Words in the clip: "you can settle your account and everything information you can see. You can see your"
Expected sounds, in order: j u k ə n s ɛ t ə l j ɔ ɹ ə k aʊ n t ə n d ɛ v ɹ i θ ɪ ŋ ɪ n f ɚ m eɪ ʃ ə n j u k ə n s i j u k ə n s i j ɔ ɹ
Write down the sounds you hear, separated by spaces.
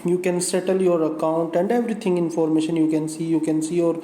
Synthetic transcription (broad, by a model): j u k ə n s ɛ t ə l j ɔ ɹ ə k aʊ n t ə n d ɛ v ɹ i t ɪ ŋ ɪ n f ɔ m eɪ ʃ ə n j u k ə n s i j u k ə n s i j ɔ ɹ